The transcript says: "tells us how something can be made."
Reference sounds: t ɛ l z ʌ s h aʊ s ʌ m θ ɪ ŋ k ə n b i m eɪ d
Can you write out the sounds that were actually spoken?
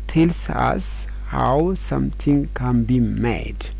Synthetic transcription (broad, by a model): t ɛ l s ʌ s h aʊ s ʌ m t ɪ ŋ k ə n b i m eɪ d